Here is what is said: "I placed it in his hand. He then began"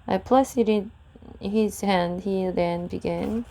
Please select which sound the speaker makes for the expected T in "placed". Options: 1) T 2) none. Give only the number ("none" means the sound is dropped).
2